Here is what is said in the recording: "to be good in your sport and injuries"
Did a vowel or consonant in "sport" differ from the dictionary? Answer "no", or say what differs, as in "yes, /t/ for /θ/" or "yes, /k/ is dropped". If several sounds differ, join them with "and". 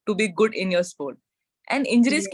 yes, /l/ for /ɹ/